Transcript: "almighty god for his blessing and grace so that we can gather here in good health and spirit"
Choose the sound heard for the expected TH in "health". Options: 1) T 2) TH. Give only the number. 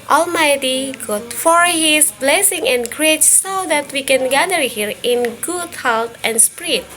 1